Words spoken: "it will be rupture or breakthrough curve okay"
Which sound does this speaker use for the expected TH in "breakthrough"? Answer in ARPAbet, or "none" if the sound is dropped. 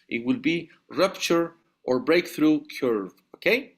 TH